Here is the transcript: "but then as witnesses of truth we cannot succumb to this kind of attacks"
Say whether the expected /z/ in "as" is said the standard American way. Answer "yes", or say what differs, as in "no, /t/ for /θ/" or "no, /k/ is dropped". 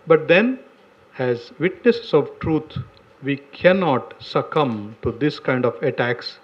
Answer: yes